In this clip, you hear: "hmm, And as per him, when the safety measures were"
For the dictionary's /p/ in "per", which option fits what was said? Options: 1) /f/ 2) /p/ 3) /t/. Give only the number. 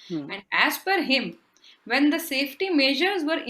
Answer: 1